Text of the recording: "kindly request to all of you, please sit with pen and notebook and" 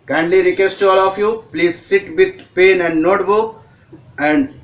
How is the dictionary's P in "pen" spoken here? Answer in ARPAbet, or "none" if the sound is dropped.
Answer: P